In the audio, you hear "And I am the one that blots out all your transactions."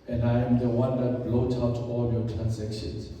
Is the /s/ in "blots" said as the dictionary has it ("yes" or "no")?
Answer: no